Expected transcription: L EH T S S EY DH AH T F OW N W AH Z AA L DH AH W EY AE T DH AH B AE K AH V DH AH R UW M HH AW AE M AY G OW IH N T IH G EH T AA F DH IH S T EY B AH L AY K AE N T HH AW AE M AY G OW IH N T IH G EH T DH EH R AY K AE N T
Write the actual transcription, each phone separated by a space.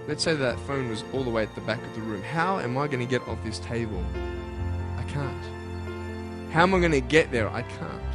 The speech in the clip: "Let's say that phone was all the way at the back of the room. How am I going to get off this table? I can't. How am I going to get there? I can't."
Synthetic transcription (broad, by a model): L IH T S S EY DH AH T F OW N W AH Z AA L DH AH W EY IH T DH AH B AE K AH V DH AH R UW M HH AW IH M AY G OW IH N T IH G EH T AA F DH IH S T EY B AH L AY K AE N T HH AW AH M AY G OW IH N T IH G EH T DH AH R AY K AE N T